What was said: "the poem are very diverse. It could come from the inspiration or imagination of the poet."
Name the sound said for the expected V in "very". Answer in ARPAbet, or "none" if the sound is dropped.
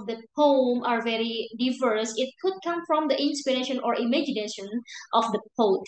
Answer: V